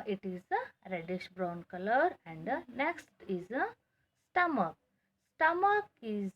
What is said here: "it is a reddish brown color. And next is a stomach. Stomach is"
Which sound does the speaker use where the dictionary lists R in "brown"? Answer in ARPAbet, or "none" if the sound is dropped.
R